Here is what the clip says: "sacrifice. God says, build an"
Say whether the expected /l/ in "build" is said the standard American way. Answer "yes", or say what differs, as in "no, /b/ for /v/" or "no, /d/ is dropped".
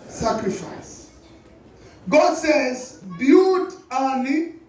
no, /l/ is dropped